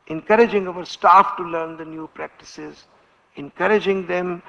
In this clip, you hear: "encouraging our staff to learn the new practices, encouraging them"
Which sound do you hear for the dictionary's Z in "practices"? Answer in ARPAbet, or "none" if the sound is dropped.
Z